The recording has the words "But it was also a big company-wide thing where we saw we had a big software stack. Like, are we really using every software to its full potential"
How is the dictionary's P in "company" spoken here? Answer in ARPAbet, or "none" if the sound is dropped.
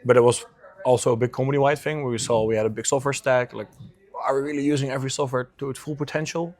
none